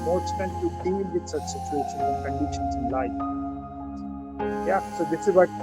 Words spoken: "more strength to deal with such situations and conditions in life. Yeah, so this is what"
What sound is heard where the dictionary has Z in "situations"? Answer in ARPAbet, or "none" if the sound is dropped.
none